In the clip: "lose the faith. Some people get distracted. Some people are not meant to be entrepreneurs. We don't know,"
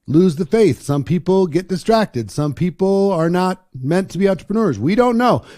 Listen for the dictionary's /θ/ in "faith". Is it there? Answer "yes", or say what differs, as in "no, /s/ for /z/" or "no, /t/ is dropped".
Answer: yes